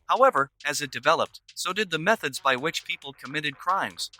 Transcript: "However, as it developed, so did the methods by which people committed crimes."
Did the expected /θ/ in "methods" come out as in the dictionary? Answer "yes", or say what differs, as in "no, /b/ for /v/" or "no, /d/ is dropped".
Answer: yes